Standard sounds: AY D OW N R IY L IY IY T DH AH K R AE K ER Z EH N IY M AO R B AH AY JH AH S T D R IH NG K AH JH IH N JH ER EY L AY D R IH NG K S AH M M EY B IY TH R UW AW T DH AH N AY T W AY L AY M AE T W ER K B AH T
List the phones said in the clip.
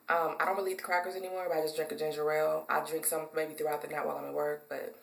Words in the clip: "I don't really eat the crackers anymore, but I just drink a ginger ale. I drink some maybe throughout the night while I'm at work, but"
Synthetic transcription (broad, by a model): AY D OW N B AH L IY IY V DH AH K R AE K ER Z EH N IY M AO R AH AY JH AH S D R IH NG K AH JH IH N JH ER EY L AY D R IH NG K S AH M M EY B IY TH R UW AW T DH AH N AY T W AY L AY M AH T W ER K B AH T